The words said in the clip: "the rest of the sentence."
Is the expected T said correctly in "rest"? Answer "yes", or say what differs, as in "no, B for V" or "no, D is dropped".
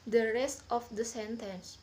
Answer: yes